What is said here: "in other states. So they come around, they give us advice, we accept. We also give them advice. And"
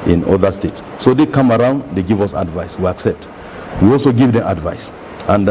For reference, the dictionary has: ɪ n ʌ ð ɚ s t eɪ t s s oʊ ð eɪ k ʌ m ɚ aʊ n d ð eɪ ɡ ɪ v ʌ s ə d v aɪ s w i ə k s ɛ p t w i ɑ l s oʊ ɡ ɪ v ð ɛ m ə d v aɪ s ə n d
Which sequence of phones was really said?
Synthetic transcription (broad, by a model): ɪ n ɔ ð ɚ s t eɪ t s s oʊ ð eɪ k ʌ m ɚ aʊ n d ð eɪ ɡ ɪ v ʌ s ə d v aɪ s w i ə k s ɛ p t w i ɑ l s oʊ ɡ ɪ v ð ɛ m ə d v aɪ s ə n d